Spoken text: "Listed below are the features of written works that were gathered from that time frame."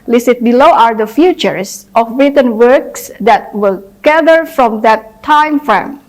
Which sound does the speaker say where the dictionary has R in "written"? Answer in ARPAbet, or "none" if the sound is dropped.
R